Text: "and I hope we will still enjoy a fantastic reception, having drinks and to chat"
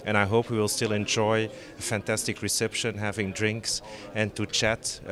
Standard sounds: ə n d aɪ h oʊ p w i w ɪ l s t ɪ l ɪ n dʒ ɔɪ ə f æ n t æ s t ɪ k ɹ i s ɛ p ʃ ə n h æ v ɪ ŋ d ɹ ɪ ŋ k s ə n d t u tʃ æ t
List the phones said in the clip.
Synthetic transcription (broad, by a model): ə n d aɪ h oʊ p w i w ɪ l s t ɪ l ɪ n dʒ ɔɪ ə f æ n t æ s t ɪ k ɹ i s ɛ p ʃ ə n h æ v ɪ ŋ d ɹ ɪ ŋ k s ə n t u tʃ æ t